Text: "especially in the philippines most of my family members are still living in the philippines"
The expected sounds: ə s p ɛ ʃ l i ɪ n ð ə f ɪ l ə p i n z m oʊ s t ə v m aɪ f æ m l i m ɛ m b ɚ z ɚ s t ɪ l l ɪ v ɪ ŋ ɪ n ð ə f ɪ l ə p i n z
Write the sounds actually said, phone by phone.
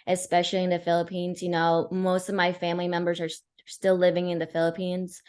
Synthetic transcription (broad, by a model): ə s p ɛ ʃ l i ɪ n ð ə f ɪ l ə p i n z m oʊ s t ə v m aɪ f æ m l i m ɛ m b ɚ z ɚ s t ɪ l l ɪ v ɪ ŋ ɪ n ð ə f ɪ l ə p i n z